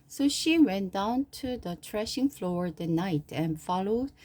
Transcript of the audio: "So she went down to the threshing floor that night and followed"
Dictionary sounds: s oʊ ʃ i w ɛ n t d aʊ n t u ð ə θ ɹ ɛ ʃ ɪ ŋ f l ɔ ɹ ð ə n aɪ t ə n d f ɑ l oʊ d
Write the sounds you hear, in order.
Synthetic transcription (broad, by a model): s oʊ ʃ i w ɛ n d aʊ n t u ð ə t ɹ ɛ ʃ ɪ ŋ f l ɔ ɹ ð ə n aɪ t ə n f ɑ l oʊ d